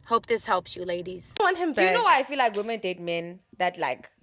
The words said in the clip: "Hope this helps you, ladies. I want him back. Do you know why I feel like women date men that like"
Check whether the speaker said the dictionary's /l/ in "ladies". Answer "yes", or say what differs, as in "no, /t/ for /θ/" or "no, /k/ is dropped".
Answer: yes